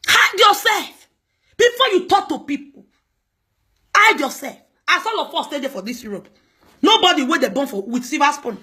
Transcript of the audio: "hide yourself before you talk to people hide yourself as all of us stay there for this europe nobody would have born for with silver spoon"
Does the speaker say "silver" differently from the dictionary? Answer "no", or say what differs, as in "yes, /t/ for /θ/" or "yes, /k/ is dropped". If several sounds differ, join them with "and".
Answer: yes, /l/ is dropped